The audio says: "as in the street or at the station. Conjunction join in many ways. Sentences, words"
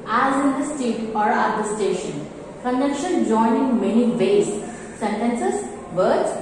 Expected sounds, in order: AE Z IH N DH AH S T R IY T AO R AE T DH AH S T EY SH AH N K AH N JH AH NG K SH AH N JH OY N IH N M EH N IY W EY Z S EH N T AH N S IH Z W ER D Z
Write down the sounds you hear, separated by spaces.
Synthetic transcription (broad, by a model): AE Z IH N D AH S T IY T AO R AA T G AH S T EY SH AH N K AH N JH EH K SH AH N JH OY N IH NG M EH N IY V EY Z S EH N T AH N S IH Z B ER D